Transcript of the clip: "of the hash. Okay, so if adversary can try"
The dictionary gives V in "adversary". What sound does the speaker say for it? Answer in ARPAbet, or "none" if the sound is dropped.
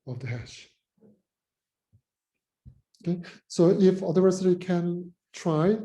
none